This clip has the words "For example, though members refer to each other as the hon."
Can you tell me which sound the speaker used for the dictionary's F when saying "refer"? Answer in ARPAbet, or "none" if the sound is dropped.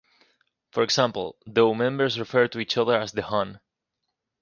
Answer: F